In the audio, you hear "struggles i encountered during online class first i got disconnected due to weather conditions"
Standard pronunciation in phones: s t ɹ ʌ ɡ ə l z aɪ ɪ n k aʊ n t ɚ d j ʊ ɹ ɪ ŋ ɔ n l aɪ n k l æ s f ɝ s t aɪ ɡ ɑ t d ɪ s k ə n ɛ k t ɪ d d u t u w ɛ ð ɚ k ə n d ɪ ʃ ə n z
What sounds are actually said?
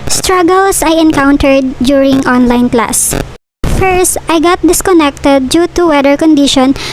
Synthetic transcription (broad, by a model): s t ɹ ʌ ɡ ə l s aɪ ɪ n k aʊ n t ɚ d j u ɹ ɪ ŋ ɔ n l aɪ n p l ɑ s f ɝ s t aɪ ɡ ɑ t d ɪ s k ə n ɛ k t ɪ d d u t u w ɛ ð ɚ k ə n d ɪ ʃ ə n